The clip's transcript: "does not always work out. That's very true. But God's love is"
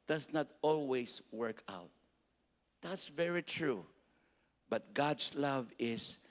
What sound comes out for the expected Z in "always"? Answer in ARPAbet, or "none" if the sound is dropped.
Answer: S